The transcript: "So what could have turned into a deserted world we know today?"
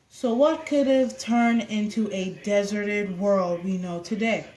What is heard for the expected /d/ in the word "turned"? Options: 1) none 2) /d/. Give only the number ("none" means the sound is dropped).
1